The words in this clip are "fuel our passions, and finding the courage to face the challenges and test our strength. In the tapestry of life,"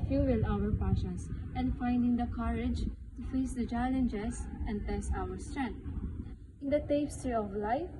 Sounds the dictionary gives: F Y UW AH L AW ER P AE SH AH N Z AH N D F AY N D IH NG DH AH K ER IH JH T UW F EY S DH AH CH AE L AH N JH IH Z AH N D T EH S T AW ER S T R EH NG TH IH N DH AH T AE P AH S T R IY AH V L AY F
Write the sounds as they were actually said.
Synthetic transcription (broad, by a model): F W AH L AW ER P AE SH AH N S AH N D F AY N D IH NG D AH K ER IH JH T UW F EY S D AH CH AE L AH N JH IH S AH N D T EH S T AW ER S T R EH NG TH IH N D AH T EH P S T R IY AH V L AY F